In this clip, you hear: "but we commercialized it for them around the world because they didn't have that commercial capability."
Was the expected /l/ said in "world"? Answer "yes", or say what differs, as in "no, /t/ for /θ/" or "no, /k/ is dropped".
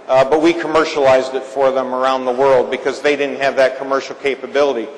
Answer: yes